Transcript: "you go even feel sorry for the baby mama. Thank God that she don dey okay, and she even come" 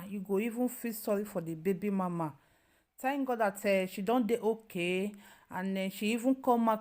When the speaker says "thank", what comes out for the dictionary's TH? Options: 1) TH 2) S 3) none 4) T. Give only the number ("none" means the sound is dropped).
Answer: 4